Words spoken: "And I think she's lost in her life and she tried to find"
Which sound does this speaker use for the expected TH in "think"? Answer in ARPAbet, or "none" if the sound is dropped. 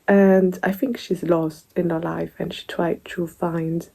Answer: TH